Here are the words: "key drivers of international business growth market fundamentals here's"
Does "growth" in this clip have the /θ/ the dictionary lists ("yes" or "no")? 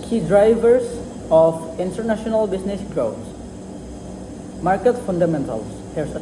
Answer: no